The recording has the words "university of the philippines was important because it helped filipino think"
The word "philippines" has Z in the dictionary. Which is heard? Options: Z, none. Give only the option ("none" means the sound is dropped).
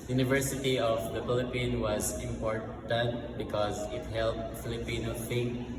none